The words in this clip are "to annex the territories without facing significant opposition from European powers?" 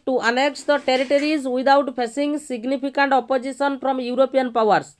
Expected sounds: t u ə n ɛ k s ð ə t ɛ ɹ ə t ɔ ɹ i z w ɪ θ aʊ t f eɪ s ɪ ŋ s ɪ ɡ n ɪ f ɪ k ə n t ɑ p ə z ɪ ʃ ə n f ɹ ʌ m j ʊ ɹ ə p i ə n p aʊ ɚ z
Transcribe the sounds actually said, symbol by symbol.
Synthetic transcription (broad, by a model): t u ə n ɛ k s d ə t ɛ ɹ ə t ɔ ɹ i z w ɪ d aʊ t p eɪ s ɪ ŋ s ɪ ɡ n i p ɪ k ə n t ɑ p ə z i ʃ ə n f ɹ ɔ m j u ɹ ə p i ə n p aʊ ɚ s